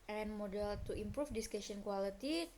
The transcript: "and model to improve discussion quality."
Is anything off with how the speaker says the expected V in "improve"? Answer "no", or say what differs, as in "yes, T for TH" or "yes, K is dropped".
yes, F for V